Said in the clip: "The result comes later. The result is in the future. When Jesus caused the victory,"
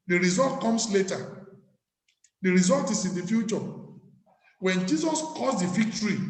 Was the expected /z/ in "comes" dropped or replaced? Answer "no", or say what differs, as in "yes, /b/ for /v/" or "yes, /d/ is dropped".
yes, /s/ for /z/